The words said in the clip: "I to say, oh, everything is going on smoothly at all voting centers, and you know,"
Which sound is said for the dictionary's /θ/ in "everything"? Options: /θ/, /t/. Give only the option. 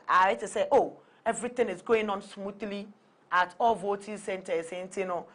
/t/